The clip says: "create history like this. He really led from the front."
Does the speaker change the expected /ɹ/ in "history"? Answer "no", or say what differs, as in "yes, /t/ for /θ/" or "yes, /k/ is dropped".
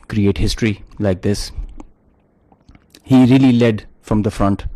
no